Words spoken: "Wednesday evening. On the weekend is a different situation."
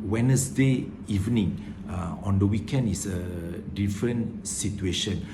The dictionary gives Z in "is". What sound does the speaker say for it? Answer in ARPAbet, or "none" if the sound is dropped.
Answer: S